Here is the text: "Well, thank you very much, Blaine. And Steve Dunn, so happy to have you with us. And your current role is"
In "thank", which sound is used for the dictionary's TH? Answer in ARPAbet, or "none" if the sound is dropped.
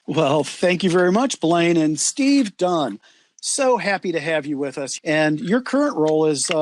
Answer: TH